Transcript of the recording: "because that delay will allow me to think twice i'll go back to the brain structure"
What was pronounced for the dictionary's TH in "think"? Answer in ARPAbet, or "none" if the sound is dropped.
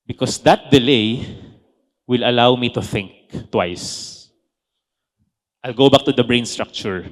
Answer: TH